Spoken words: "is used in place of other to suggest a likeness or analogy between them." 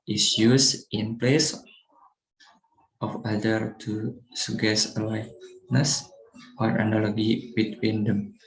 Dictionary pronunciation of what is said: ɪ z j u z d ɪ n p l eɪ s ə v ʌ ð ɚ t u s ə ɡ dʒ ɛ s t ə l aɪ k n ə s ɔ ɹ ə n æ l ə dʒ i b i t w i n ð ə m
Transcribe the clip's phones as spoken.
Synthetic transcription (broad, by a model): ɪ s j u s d ɪ n p l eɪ s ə f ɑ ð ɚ t u s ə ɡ ɛ s ə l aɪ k n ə s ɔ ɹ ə n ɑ l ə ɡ i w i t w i n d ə m